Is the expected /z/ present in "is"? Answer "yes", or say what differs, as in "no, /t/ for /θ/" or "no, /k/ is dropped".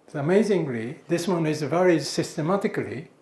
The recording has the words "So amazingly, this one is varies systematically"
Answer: yes